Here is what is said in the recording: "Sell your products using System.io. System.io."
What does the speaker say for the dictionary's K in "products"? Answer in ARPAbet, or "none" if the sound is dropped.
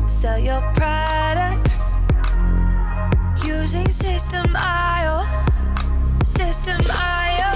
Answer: K